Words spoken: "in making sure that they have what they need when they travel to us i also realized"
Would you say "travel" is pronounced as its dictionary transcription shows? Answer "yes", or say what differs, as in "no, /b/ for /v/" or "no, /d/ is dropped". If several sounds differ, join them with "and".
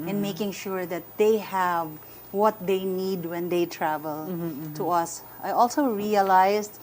yes